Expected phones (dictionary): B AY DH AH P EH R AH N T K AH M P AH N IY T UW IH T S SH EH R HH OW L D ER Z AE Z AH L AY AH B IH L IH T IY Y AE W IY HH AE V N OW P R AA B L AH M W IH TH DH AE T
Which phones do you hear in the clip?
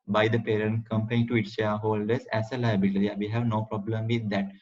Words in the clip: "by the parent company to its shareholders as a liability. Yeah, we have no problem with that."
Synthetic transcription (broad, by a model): B AY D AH P EH R AH N T K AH M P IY T UW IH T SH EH HH OW L D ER S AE S AH L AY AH B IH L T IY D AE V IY HH AE V N OW P R AA B L AH M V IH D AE T